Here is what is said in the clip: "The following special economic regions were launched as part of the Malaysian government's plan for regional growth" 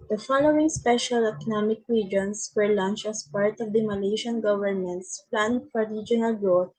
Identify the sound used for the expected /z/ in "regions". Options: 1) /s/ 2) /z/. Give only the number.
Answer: 1